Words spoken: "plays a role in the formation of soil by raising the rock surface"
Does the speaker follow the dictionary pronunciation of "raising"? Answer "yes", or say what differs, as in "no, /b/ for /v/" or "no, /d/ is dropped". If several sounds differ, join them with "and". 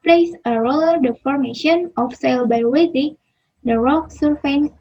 no, /w/ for /ɹ/